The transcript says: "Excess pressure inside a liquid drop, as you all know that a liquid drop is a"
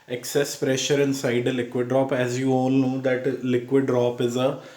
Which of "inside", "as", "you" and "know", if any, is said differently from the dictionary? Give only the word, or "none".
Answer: none